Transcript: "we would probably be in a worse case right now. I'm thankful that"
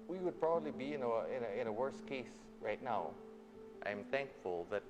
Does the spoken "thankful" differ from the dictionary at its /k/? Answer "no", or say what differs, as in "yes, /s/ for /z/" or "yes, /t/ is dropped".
no